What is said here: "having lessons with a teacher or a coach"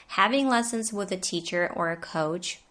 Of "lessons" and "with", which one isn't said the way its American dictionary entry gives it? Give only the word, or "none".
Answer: none